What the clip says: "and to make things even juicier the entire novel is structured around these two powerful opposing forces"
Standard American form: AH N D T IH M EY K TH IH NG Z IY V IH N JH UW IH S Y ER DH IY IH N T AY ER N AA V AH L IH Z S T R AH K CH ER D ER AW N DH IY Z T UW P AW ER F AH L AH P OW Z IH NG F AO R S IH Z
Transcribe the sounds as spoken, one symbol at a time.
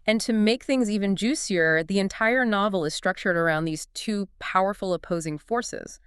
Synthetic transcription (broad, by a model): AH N T IH M EY K TH IH NG Z IY V IH N JH UW S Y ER DH IY IH N T AY ER N AA V L IH Z S T R AH K CH ER D ER AW N DH IY Z T UW P AW ER F L AH P OW Z IH NG F AO R S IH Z